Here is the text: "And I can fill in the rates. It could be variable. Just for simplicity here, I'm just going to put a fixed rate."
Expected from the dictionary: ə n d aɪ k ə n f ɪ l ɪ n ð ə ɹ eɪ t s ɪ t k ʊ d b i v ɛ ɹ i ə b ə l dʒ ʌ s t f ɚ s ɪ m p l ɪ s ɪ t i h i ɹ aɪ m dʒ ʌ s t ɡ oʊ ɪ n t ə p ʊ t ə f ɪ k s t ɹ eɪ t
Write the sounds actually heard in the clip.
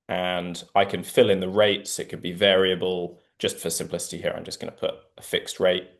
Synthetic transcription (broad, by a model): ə n aɪ k ə n f ɪ l ɪ n ð ə ɹ eɪ t s ɪ t k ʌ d b i v ɛ ɹ i ə b ə l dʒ ʌ s t f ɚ s ɪ m p l ɪ s ɪ t i h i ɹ aɪ m dʒ ʌ s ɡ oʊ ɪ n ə p ʊ t ə f ɪ k s t ɹ eɪ t